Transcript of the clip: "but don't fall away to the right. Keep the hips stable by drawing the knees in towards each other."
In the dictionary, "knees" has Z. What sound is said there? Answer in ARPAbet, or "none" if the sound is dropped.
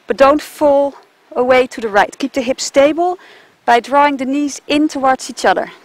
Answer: Z